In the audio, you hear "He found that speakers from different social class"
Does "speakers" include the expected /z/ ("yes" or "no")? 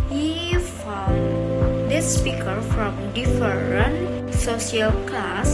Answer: no